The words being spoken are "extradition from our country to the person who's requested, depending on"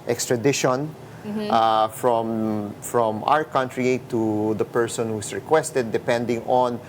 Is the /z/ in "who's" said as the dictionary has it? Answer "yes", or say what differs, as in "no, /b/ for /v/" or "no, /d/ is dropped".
no, /s/ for /z/